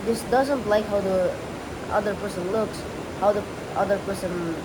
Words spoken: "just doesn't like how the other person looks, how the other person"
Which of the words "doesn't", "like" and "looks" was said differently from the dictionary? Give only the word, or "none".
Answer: none